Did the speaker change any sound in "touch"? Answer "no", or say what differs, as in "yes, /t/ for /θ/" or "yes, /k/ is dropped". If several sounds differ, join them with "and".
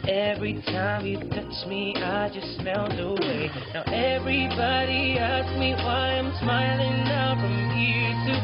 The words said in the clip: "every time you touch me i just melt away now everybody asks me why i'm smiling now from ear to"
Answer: no